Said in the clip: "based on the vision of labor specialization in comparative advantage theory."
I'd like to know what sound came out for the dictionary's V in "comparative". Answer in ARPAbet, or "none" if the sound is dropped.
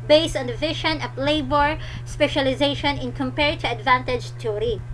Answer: none